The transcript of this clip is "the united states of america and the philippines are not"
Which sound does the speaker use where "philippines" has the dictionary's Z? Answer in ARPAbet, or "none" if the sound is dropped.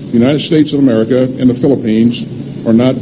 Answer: Z